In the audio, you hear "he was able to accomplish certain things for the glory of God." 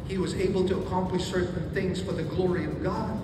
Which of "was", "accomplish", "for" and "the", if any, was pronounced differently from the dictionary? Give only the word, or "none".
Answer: none